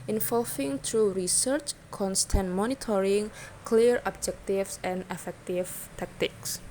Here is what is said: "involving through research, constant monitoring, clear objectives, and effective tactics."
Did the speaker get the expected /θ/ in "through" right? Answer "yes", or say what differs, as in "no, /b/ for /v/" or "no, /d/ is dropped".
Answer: no, /t/ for /θ/